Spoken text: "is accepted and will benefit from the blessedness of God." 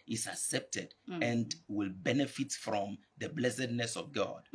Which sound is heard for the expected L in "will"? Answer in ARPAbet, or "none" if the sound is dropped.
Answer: L